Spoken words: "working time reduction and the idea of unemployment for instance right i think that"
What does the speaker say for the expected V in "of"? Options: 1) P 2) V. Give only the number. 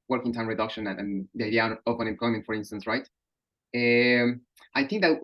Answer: 1